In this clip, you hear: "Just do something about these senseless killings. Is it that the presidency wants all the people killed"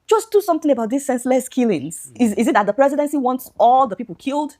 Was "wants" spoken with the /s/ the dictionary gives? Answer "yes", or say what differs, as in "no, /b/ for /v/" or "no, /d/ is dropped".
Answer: yes